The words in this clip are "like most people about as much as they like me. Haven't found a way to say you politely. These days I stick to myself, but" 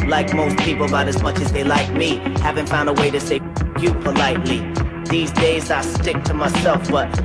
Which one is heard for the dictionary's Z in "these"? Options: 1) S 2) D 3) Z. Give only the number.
3